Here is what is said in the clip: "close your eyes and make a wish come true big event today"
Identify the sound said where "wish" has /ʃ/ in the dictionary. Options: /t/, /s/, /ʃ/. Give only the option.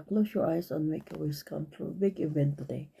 /s/